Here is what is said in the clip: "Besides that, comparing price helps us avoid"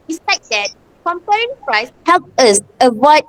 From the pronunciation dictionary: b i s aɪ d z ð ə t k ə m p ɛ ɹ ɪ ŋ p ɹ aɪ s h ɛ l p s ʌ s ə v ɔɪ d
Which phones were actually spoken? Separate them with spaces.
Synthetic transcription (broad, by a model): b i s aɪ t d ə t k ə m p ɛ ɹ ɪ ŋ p ɹ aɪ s h ɛ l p ʌ s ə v ɔɪ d